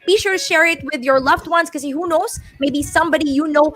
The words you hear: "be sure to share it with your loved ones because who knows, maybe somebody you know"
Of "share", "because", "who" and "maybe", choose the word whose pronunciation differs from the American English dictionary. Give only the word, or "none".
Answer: because